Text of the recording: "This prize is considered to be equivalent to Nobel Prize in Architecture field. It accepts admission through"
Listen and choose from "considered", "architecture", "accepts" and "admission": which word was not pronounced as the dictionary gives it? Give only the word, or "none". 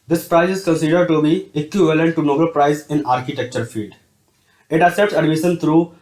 accepts